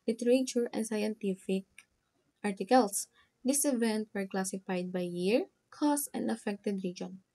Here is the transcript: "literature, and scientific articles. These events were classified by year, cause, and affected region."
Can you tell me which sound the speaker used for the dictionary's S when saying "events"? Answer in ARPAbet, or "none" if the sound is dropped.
none